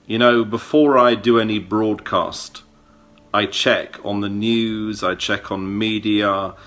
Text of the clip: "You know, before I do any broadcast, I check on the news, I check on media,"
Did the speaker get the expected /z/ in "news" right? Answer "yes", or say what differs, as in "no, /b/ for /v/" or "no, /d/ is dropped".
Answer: yes